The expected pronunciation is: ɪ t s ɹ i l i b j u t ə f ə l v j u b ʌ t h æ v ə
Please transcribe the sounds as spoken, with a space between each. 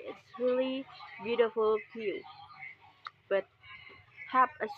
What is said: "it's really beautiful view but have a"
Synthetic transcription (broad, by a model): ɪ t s ɹ i l i b j u t ə f ə l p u b ʌ t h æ p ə